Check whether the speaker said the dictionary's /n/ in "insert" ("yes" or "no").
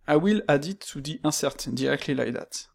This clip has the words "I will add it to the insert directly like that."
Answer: no